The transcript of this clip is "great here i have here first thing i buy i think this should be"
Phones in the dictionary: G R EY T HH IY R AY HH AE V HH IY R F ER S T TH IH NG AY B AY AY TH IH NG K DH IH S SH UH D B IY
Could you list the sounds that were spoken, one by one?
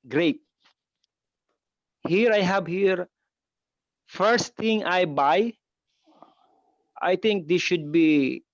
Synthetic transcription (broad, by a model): G R EY T HH IY R AY HH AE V HH IY R F ER S T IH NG AY B AY AY T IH NG K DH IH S SH UH D B IY